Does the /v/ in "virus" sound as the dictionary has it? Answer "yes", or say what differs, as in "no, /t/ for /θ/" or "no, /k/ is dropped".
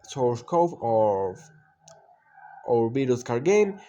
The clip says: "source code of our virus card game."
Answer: no, /b/ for /v/